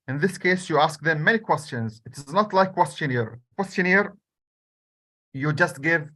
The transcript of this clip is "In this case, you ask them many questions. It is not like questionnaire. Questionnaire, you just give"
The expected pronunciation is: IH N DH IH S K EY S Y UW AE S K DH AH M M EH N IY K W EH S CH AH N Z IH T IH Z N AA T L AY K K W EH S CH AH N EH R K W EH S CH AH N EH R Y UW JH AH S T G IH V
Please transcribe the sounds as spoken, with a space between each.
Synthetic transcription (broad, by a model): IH N DH IH S K EY S Y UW AE S K DH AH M M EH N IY K W EH S CH AH N Z IH T IH Z N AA T L AY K K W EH S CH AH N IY R K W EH S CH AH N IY R Y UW JH AH S T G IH V